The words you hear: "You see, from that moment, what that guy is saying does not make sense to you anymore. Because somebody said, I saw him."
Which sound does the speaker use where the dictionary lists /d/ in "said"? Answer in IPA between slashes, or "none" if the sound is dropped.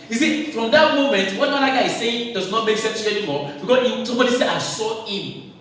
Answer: none